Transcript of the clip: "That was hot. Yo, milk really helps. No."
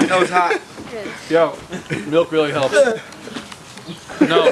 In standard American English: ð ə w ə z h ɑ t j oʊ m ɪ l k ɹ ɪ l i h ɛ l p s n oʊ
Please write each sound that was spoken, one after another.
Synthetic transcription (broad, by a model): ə w ə z h ɑ t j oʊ m ɪ l k ɹ ɪ l i h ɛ l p n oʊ